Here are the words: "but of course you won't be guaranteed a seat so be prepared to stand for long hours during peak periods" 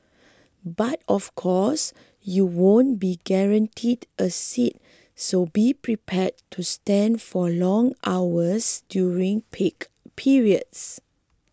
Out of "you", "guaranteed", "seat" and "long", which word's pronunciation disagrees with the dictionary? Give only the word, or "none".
none